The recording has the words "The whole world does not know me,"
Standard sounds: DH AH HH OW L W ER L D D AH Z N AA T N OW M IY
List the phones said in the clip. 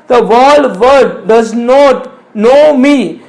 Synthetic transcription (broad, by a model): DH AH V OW L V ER D D AH Z N AA T N OW M IY